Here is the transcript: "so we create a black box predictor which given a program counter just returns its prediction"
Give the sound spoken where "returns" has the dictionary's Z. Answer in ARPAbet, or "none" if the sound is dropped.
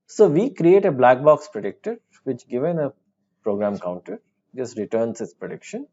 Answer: S